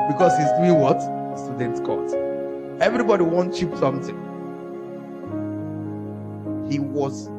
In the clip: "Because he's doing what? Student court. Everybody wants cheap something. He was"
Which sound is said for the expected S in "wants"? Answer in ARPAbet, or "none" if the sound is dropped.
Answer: none